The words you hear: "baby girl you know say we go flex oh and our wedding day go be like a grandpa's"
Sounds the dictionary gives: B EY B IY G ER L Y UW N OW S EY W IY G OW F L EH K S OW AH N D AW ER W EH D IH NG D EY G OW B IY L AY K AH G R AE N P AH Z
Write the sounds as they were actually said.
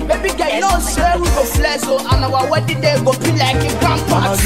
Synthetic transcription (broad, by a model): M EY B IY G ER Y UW N OW S EY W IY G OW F L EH S OW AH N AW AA W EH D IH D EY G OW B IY L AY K AH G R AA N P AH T